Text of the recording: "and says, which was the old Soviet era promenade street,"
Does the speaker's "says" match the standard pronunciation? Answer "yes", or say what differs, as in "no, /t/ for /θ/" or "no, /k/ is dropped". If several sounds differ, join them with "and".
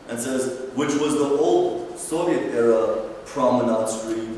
yes